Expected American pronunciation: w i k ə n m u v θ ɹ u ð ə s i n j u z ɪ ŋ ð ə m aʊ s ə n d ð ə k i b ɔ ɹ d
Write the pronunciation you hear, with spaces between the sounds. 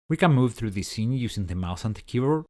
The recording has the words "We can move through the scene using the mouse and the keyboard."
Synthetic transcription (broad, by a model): w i k ə n m u v θ ɹ u ð ə s i n j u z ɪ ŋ ð ə m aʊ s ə n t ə k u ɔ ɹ